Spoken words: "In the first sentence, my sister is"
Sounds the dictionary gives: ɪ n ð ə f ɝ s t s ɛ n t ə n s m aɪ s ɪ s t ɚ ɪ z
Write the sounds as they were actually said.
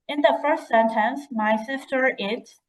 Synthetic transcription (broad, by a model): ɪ n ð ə f ɝ s t s ɛ n t ə n s m aɪ s ɪ s t ɚ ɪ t